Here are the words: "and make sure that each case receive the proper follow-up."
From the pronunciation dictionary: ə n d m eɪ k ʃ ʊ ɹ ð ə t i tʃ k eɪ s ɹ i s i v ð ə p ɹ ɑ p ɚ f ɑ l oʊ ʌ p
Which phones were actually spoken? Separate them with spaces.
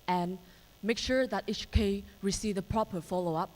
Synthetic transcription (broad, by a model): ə n m eɪ k ʃ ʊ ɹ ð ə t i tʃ k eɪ ɹ i s i v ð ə p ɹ ɑ p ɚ f ɑ l oʊ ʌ p